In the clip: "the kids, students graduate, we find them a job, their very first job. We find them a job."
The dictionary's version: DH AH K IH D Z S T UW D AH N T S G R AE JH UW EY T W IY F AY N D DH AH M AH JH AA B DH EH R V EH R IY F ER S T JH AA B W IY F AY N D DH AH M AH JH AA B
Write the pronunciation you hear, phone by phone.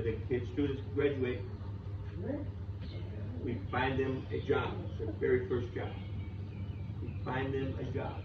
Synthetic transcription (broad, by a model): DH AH K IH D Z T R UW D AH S G R AE JH UW EY T W IY F AY N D DH AH M AH JH AA B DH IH V EH R IY F ER S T JH AA B W IY F AY N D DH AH M AH JH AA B